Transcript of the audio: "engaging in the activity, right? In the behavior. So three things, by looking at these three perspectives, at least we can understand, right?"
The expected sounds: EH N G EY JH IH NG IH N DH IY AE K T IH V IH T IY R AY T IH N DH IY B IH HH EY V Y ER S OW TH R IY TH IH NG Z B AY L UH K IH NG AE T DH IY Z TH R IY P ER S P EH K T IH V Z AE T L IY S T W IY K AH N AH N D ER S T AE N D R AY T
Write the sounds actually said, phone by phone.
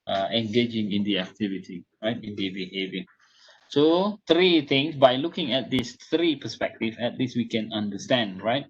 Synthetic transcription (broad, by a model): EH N G EY JH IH NG IH N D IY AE K T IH V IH T IY R AY T IH N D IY B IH HH EY V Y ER S OW T R IY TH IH NG S B AY L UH K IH NG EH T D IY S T R IY P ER S P EH K T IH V EH T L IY S W IY K AH N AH N D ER S T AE N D R AY T